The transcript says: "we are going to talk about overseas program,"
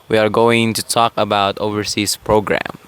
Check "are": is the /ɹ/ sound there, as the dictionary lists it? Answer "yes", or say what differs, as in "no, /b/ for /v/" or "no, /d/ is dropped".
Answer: yes